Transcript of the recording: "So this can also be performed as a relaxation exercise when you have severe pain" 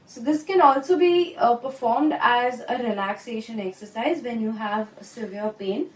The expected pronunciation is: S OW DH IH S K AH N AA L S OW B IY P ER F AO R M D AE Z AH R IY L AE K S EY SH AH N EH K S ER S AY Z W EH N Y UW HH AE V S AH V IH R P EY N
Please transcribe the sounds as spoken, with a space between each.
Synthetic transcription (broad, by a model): S OW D IH S K AH N AA L S OW B IY P ER F AO R M D AE Z AH R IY L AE K S EY SH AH N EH K S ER S AY Z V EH N Y UW HH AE V S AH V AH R P EY N